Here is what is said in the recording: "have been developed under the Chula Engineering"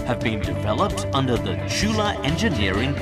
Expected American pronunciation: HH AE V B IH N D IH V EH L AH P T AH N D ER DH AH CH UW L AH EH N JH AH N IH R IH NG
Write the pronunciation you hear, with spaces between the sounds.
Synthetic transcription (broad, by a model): HH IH V B IH N D IH V EH L AH P T AH N D ER DH AH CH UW L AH EH N JH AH N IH R IH NG